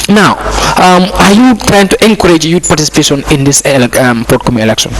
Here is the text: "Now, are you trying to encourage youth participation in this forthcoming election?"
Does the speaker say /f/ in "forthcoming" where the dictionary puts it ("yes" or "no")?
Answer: no